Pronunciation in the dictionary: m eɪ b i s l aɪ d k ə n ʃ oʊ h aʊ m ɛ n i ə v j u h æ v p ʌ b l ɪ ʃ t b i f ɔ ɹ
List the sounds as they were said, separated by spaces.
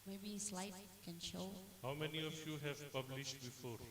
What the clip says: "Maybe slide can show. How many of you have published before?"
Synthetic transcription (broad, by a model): m eɪ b i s l aɪ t k ə n ʃ oʊ h aʊ m ɛ n i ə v j u h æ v p ʌ b l ɪ ʃ t b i f ɔ ɹ